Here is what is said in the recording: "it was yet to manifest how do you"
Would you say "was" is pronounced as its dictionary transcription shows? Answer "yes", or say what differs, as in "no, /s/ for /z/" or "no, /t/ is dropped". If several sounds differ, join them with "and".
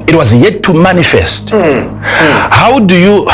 yes